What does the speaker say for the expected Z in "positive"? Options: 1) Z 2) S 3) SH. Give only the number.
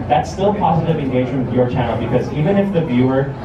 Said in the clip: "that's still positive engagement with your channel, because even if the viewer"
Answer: 1